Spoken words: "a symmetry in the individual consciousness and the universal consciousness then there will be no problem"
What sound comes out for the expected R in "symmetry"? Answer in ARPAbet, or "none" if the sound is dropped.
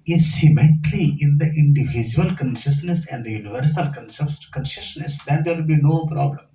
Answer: L